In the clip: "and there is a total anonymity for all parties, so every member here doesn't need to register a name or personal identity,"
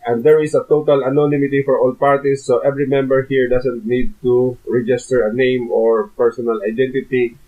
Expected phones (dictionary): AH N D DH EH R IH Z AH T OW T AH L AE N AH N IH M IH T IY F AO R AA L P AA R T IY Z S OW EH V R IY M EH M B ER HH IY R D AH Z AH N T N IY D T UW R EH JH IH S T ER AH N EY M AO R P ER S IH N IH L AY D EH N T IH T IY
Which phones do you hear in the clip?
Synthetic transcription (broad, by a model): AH N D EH R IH S AH T OW T AH L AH N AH N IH M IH T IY F AO R AA L P AA R T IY S OW EH V R IY M EH M B ER HH IY R D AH S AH N T N IY D T UW R EH JH IH S T ER AH N EY M AO R P ER S IH N IH L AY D EH N T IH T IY